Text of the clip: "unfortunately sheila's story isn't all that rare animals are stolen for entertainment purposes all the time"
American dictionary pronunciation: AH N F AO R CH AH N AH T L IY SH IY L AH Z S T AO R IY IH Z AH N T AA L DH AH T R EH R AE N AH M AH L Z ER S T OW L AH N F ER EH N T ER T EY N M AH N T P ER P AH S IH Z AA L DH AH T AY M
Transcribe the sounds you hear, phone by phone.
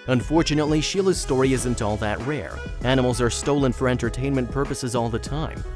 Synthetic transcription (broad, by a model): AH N F AO R CH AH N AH T L IY SH IY L AH Z S T AO R IY IH Z AH N T AA L DH AH T R EH R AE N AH M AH L Z ER S T OW L AH N F ER EH N T ER T EY N M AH N P ER P AH S IH Z AA L DH AH T AY M